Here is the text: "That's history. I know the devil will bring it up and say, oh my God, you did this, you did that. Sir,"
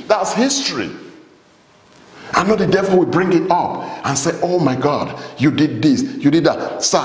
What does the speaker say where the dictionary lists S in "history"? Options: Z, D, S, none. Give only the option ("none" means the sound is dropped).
S